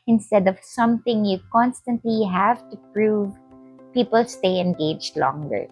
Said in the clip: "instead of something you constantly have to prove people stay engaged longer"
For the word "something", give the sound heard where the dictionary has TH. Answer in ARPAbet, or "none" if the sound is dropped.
T